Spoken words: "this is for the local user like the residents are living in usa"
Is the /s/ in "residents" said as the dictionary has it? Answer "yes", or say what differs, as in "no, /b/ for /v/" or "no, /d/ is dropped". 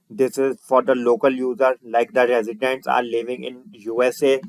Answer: yes